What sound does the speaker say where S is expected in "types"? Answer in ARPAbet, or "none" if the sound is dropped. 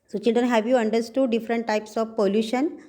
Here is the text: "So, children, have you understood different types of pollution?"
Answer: S